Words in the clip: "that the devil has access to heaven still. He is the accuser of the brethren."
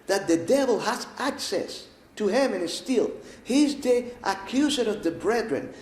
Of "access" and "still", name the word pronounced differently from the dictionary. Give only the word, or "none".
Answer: none